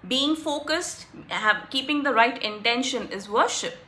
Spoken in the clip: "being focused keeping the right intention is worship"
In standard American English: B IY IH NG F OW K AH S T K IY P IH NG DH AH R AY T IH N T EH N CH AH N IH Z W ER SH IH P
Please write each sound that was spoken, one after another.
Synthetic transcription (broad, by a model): B IY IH NG F OW K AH S T K IY P IH NG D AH R AY T IH N T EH N SH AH N IH Z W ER SH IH P